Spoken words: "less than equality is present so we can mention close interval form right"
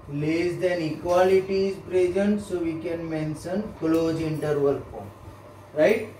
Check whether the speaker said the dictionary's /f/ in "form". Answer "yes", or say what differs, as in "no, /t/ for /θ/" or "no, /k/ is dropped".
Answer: no, /p/ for /f/